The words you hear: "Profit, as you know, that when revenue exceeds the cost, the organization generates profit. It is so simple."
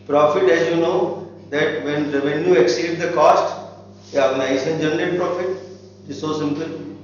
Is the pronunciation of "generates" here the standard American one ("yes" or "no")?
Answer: no